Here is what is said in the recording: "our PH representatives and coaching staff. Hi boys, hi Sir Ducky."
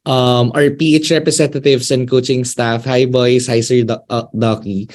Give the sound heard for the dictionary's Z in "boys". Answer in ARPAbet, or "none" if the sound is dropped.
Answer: S